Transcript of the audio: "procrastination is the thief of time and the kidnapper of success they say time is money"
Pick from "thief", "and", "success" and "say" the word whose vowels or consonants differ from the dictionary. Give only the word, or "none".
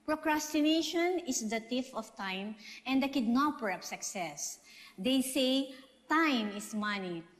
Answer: thief